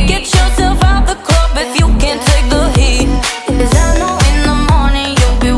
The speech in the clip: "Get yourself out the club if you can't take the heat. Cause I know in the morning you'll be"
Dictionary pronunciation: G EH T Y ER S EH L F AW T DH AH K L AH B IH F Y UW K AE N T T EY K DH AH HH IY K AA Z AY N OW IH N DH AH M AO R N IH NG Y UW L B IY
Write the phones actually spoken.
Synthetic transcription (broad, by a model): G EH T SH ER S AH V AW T DH AH K AH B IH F Y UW K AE N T T EY K DH AH HH IY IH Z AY N OW IH N DH AH M AO R N IH NG Y UW L B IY